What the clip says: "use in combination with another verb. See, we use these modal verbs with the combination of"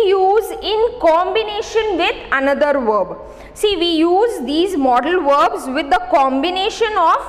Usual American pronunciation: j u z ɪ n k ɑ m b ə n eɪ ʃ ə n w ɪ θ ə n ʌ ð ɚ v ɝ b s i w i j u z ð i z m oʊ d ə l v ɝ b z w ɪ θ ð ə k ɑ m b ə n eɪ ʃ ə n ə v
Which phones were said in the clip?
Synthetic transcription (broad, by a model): j u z ɪ n k ɑ m b ə n eɪ ʃ ə n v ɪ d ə n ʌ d ɚ v ɝ b s i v i j u z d i z m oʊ d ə l v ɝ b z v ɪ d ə k ɑ m b ə n eɪ ʃ ə n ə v